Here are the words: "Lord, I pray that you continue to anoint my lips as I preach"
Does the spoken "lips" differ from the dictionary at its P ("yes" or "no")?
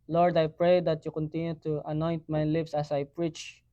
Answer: no